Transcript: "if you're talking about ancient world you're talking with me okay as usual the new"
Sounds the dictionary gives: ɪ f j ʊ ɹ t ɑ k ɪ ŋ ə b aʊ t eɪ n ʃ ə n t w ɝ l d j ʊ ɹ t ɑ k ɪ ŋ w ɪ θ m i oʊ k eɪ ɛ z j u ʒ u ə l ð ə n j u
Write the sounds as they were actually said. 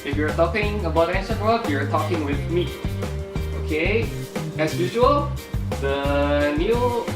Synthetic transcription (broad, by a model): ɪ f j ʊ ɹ t ɑ k ɪ ŋ ə b aʊ t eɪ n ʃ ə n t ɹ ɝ d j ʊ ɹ t ɑ k ɪ ŋ w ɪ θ m i oʊ k eɪ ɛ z j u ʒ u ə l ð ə n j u